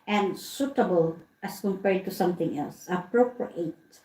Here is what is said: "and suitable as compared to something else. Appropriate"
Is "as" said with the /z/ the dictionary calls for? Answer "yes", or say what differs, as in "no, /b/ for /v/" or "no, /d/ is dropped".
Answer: no, /s/ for /z/